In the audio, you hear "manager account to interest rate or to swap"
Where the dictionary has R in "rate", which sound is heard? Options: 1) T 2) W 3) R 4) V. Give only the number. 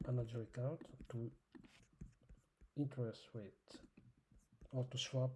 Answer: 2